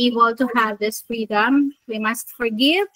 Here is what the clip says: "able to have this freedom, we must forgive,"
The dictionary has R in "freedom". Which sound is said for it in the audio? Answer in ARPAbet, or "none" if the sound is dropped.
R